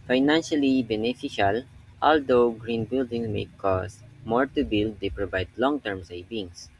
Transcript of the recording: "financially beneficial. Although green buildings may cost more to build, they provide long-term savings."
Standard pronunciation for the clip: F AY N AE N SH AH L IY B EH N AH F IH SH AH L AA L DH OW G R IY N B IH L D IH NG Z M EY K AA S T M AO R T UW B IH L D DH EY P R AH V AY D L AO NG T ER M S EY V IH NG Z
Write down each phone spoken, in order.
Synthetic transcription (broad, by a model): F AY N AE N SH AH L IY B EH N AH F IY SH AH L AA L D OW G R IY N B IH L D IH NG M EY K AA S M AO R T UW B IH L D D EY P R AH V AY D L AO NG T ER M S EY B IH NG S